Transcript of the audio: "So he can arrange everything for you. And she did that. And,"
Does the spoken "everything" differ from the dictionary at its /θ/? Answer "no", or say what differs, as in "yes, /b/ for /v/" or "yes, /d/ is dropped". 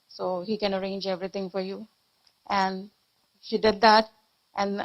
yes, /t/ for /θ/